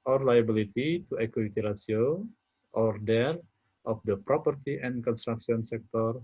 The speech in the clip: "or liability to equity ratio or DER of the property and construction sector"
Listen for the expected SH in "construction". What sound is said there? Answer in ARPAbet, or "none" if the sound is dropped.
S